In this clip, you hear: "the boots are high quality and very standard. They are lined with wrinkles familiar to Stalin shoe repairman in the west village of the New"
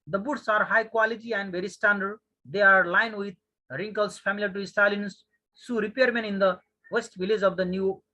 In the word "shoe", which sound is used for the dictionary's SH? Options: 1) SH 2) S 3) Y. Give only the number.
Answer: 2